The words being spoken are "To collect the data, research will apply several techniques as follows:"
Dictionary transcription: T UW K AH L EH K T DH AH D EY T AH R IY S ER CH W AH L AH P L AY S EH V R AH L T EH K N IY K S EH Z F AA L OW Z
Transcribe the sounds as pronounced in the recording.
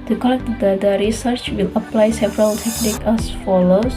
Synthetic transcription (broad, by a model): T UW K AH L EH K T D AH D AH R IY S ER CH W AH L AH P L AY S EH V R AH L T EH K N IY K EH S F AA L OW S